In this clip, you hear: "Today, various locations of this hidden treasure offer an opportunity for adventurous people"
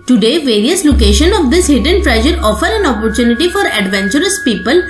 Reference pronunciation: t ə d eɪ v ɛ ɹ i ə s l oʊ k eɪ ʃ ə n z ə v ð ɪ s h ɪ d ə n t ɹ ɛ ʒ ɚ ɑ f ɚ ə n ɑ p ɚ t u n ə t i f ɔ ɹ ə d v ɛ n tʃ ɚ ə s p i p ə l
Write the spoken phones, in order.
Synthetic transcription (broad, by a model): t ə d eɪ v ɛ ɹ i ə s l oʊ k eɪ ʃ ə n ə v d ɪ s h ɪ d ə n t ɹ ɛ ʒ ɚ ɑ f ɚ ə n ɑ p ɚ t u n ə t i f ɔ ɹ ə d v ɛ n tʃ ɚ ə s p i p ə l